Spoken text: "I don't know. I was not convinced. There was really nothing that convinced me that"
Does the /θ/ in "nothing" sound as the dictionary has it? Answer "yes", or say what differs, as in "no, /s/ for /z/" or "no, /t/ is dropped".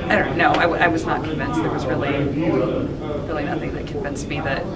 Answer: yes